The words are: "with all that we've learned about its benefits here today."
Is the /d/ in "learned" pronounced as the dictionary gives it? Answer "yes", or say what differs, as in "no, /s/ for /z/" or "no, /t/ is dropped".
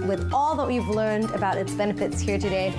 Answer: yes